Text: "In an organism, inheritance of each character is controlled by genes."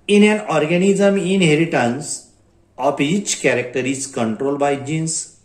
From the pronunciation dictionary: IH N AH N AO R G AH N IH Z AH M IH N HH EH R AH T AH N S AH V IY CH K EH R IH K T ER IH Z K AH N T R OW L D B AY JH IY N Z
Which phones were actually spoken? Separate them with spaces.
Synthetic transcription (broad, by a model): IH N AH N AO R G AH N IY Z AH M IH N HH EH R AH T AH N S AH P IY CH K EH R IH K T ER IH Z K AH N T R OW L B AY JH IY N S